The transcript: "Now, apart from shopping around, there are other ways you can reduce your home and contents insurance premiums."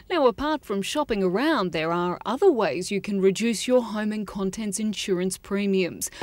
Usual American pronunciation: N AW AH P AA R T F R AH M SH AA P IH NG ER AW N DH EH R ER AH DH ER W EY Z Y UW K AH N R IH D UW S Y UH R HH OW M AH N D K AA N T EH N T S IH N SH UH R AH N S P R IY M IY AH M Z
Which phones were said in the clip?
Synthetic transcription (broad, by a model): N AW AH P AA R T F R AH M SH AA P IH NG ER AW N DH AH R ER AH DH ER W EY Z Y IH K AH N R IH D UW S Y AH R HH OW M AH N K AA N T EH N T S IH N SH UH R AH N S P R IY M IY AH M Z